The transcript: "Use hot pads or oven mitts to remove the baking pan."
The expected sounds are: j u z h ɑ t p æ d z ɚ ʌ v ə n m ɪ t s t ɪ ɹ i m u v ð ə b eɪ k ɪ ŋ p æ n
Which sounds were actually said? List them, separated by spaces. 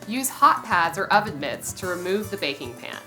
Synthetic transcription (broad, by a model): j u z h ɑ t p æ d z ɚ ʌ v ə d m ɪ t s t ɪ ɹ i m u v ð ə b eɪ k ɪ ŋ p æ n